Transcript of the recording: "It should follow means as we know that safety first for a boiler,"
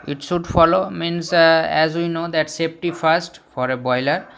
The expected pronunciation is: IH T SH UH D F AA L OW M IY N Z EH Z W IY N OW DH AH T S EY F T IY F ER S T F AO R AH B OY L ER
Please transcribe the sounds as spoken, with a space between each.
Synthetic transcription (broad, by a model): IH T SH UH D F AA L OW M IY N S EH Z W IY N OW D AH T S EY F T IY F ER S T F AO R AH B OY L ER